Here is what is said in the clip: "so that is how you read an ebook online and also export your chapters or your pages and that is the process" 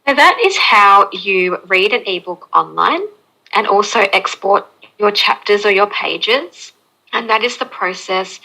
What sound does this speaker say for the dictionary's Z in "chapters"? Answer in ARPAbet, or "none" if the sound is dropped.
Z